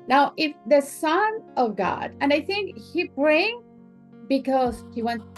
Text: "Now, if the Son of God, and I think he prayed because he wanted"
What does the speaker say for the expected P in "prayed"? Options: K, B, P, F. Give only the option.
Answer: B